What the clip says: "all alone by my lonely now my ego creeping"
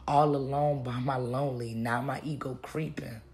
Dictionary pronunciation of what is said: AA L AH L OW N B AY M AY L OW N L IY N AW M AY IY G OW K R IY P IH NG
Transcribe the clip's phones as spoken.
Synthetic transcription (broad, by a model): AA L AH L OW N B AY M AY L OW N L IY N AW M AY IY G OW K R IY P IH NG